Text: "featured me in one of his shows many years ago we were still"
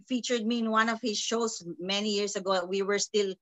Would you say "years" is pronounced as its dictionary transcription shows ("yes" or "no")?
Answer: no